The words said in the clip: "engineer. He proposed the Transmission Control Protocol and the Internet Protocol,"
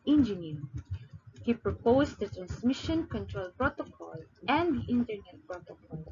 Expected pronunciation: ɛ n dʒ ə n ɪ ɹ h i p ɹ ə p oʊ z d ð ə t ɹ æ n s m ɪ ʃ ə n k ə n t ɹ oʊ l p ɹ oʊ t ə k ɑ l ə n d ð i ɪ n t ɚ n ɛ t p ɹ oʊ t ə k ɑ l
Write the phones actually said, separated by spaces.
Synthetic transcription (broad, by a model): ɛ n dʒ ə n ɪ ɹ h i p ɹ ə p oʊ s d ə t ɹ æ n s m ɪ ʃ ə n k ə n t ɹ oʊ l p ɹ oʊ t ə k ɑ l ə n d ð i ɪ n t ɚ n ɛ t p ɹ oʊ t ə k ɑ l